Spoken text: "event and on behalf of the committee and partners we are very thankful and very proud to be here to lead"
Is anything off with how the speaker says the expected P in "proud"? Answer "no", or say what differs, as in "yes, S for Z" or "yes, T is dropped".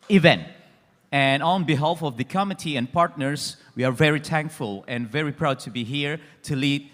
no